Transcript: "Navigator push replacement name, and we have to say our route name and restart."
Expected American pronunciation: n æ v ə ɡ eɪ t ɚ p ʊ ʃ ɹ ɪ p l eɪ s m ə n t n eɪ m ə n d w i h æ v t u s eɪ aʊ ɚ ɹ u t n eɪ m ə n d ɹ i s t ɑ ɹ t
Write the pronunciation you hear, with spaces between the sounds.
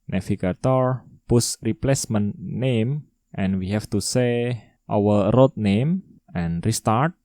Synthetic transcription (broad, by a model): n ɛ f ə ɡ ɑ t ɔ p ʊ s ɹ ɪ p l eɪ s m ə n n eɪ m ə n w i h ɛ f t u s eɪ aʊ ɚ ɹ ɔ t n eɪ m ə n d ɹ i s t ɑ ɹ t